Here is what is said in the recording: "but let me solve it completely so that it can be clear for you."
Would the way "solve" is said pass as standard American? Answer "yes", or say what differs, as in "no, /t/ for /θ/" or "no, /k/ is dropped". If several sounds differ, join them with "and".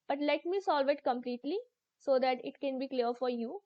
yes